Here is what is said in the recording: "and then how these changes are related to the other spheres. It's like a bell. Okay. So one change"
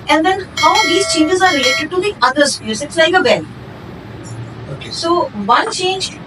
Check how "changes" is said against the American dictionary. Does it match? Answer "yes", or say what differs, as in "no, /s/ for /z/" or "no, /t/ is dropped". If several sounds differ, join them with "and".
yes